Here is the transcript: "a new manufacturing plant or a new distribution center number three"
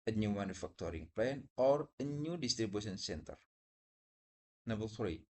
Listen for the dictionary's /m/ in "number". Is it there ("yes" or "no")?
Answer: no